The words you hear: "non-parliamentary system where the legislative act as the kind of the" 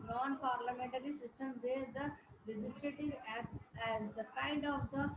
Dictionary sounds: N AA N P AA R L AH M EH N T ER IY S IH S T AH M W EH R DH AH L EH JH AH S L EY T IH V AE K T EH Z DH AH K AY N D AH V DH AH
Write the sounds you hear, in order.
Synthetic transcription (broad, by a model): N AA N P AA R L AH M EH N T ER IY S IH S T AH M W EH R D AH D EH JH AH S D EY T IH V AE T EH Z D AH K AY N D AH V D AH